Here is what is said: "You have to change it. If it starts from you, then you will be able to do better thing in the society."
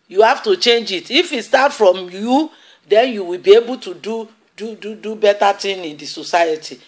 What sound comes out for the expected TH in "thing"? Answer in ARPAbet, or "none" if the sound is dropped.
T